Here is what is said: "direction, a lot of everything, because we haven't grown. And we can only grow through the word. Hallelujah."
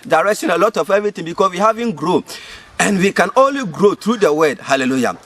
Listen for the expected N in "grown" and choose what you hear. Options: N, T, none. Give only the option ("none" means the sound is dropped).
none